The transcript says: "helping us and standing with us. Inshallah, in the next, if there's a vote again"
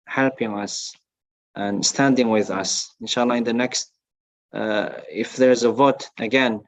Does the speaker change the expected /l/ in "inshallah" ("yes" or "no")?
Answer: no